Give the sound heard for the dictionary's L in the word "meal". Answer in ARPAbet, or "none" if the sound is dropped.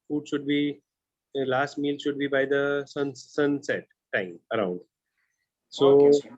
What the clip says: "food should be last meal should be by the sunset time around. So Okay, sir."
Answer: L